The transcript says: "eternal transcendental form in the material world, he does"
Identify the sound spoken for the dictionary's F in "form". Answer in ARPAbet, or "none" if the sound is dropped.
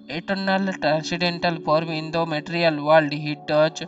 P